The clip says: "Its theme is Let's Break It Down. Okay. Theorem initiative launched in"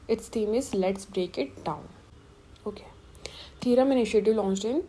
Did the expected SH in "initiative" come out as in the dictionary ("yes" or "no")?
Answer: yes